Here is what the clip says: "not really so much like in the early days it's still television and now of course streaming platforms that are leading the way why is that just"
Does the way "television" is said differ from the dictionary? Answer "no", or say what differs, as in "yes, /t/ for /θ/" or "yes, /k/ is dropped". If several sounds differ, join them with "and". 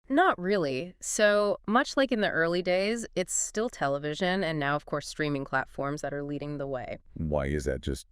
no